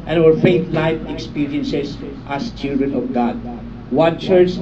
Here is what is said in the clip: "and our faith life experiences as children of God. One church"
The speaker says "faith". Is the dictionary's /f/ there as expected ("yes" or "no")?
yes